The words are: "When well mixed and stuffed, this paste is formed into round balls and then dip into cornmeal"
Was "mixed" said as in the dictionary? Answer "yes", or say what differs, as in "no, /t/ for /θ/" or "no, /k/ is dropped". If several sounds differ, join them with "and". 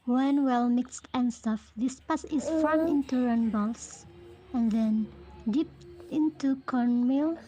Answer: yes